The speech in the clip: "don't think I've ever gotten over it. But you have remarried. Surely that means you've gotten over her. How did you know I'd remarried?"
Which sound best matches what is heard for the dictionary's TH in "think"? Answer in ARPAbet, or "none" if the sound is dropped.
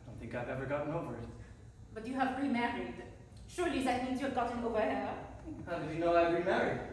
TH